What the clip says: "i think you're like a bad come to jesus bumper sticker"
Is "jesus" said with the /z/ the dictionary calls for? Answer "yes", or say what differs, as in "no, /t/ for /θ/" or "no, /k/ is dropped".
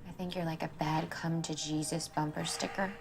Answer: yes